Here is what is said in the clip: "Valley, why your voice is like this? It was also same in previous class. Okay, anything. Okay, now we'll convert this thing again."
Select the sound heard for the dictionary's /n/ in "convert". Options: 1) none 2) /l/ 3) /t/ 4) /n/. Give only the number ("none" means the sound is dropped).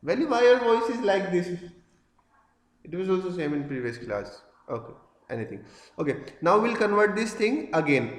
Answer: 4